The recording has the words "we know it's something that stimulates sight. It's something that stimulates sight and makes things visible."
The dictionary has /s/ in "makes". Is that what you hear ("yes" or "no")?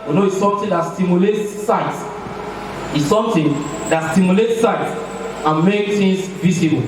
no